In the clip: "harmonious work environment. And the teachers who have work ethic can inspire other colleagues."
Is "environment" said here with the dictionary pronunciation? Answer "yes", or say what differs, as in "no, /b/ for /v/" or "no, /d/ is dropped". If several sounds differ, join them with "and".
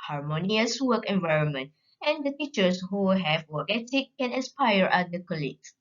yes